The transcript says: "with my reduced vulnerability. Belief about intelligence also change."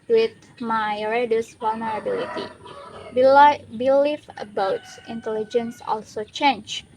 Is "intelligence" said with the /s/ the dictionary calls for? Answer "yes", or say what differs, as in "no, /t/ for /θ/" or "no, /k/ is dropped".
yes